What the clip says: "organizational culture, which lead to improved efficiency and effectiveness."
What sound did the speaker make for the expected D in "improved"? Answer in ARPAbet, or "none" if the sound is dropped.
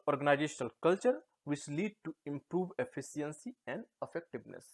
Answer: none